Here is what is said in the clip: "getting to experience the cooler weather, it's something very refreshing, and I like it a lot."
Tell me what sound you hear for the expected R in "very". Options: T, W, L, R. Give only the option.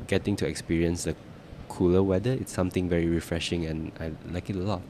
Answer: R